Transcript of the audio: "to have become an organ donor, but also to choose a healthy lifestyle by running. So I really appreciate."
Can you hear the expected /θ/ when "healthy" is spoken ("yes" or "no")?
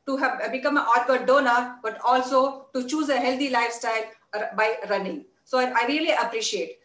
no